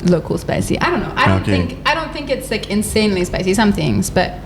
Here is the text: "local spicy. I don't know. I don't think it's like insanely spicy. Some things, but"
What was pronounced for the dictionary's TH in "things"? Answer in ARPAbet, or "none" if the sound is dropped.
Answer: TH